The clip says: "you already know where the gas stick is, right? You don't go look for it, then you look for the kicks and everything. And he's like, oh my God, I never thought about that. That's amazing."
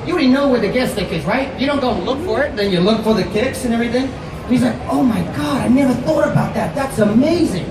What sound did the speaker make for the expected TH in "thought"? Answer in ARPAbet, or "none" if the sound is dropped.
TH